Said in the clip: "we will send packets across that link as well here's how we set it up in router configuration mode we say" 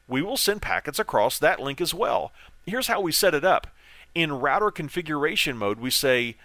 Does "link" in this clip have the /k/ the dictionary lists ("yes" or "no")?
yes